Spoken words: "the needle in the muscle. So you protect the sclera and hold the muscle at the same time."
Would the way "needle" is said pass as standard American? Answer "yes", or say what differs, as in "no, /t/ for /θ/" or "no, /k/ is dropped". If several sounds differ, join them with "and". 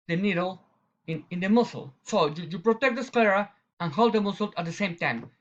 no, /n/ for /l/